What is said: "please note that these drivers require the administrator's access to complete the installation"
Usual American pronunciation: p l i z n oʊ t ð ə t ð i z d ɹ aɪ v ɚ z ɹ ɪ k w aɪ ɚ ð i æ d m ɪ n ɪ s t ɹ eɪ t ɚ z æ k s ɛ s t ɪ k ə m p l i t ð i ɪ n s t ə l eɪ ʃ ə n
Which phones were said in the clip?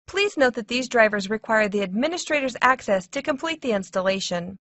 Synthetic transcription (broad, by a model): p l i z n oʊ t ð ə t ð i z d ɹ aɪ v ɚ z ɹ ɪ k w aɪ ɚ ð i æ d m ɪ n ɪ s t ɹ eɪ t ɚ z æ k s ɛ s t ɪ k ə m p l i t ð i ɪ n s t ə l eɪ ʃ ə n